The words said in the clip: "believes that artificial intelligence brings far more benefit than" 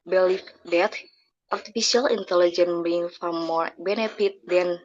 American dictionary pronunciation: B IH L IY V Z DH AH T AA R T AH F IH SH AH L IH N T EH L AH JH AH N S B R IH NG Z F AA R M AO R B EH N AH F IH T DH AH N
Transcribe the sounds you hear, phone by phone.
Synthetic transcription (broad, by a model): B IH L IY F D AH T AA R T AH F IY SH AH L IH N T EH L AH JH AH N B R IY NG F AA R M AO R B EH N AH F IH T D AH N